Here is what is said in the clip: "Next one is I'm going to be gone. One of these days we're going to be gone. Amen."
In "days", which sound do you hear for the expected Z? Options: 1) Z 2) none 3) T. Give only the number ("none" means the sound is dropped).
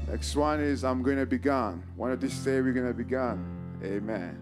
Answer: 2